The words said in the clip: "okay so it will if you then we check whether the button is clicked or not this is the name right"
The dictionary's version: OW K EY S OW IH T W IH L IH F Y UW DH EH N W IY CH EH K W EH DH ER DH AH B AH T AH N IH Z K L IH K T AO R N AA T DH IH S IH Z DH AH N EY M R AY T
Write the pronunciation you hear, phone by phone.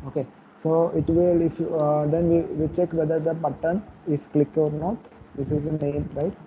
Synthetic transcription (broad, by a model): OW K EY S OW IH T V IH L IH F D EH N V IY CH EH K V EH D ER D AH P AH T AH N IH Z K L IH K AO R N AA T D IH S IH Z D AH N EY M R AY T